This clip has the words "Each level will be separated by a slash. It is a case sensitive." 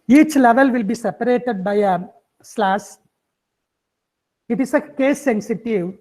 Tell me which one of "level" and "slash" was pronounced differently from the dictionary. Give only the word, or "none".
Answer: slash